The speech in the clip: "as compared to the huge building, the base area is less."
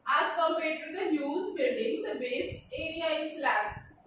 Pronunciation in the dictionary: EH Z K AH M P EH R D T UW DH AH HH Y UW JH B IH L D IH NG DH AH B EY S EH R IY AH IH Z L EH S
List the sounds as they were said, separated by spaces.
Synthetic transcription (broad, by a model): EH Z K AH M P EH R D T UW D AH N Y UW Z B IH L D IH NG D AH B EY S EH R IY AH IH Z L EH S